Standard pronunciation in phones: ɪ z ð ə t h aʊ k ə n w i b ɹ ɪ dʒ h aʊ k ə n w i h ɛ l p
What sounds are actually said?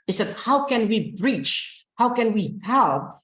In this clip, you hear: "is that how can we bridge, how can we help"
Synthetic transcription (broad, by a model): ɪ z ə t h aʊ k ə n w i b ɹ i tʃ h aʊ k ə n w i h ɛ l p